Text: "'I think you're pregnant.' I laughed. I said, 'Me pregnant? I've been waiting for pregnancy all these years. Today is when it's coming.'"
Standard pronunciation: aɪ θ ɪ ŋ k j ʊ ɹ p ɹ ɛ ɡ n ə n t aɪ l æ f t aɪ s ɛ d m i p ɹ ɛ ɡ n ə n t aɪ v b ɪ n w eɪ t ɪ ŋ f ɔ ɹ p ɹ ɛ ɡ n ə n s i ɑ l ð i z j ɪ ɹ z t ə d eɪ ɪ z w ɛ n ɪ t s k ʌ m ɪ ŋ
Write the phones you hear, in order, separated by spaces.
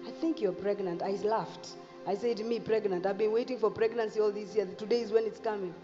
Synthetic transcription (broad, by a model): aɪ θ ɪ ŋ k j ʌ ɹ p ɹ ɛ ɡ n ə n t aɪ l æ f t aɪ s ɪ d m i p ɹ ɛ ɡ n ə n t aɪ v b ɪ n w eɪ t ɪ ŋ f ɔ ɹ p ɹ ɛ ɡ n ə n s i ɑ l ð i s j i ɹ t ə d eɪ ɪ z w ɛ n ɪ t s k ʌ m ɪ ŋ